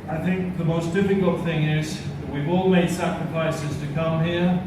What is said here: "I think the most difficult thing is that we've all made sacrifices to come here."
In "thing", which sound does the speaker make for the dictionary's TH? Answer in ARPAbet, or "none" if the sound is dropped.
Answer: TH